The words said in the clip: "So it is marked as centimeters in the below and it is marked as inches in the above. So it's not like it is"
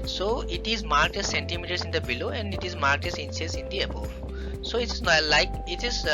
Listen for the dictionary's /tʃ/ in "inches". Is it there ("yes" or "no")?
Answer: no